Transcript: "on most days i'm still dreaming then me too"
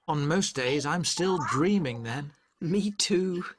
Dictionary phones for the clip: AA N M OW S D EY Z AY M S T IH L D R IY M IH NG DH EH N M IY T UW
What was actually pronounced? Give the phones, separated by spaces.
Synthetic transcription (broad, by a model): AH N M OW S D EY Z AY M S T IH L D R IY M IH NG DH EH N M IY T UW